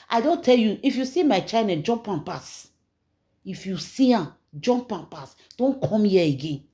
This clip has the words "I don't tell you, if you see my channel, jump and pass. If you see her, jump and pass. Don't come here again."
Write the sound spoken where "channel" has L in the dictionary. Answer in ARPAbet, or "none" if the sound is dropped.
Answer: N